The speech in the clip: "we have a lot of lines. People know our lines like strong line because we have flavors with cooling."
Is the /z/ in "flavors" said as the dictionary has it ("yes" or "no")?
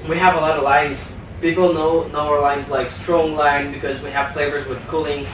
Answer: yes